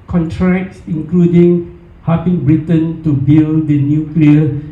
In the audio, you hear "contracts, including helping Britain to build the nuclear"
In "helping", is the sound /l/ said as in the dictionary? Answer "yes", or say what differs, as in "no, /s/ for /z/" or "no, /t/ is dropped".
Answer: no, /l/ is dropped